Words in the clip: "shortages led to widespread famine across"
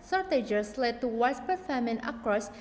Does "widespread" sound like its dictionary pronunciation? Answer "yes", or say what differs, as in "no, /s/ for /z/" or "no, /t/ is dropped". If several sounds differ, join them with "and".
no, /ɹ/ is dropped